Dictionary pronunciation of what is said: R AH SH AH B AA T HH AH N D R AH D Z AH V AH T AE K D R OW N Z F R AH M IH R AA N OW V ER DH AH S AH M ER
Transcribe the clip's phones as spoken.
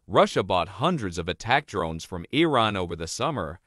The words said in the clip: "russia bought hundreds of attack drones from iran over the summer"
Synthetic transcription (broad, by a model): R AH SH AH B AA T HH AH N D R AH D Z AH V AH T AE K D R OW N Z F R AH M IH R AA N OW V ER DH AH S AH M ER